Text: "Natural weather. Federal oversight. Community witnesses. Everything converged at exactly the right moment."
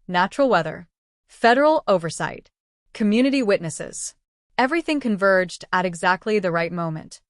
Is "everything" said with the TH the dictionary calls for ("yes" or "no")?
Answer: yes